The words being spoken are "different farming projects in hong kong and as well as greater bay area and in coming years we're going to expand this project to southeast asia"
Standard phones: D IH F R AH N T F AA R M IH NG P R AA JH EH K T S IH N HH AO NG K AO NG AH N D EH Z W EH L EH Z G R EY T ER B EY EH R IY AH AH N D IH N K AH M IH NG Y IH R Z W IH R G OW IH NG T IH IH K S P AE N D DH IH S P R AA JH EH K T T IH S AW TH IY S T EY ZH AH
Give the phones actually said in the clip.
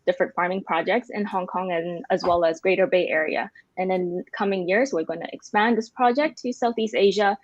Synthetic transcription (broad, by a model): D IH F R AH N T F AA R M IH NG P R AA JH EH K T S IH N HH AO NG K AO NG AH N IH Z W EH L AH Z G R EY T ER B EY EH R IY AH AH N IH N K AH M IH NG Y IH R Z W IH R G OW IH NG T IH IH K S P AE N DH IH S P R AA JH EH K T T IH S AW TH IY S T EY ZH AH